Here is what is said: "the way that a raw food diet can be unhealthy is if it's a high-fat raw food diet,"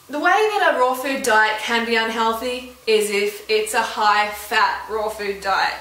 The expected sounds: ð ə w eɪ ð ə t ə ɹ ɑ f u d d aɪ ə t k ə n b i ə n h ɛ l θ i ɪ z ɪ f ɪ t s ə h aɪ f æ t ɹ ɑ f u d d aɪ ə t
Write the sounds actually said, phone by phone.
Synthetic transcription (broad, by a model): ð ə w eɪ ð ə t ə ɹ ɑ f u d d aɪ ə t k ə n b i ə n h ɛ l θ i ɪ z ɪ f ɪ t s ə h aɪ f æ t ɹ ɑ f u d d aɪ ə t